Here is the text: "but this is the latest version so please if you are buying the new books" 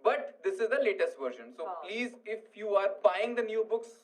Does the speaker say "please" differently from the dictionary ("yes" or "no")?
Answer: no